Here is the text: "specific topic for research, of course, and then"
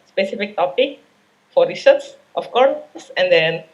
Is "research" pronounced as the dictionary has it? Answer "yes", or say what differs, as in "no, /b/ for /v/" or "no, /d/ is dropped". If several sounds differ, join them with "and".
no, /s/ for /tʃ/